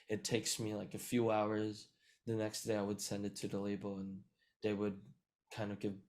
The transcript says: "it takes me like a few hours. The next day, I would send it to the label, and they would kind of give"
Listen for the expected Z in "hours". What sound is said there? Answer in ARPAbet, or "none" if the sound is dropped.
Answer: Z